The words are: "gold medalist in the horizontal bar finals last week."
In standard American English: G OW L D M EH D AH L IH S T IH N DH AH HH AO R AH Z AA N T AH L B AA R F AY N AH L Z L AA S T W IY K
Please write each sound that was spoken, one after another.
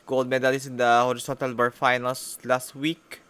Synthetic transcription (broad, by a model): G OW L D M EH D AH L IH S IH N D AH HH AO R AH S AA N T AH L B AA R F AY N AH L S L AA S T W IY K